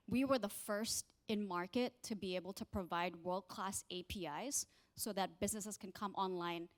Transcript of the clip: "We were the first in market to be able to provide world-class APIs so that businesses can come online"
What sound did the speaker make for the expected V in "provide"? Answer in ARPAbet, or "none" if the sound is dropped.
V